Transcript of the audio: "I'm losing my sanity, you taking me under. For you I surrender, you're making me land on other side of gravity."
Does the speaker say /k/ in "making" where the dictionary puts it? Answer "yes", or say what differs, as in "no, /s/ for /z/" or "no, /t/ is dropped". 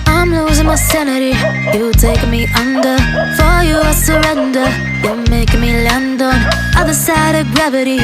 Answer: yes